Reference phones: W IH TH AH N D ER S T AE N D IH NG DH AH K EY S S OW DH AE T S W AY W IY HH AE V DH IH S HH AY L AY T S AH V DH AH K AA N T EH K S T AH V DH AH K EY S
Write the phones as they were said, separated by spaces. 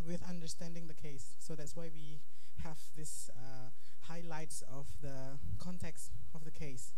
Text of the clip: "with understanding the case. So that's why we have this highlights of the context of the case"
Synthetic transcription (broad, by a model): W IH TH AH N D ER S T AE N D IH NG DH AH K EY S S OW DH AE T S W AY W IY HH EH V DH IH S HH AY L AY T S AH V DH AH K AA N T EH K S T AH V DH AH K EY S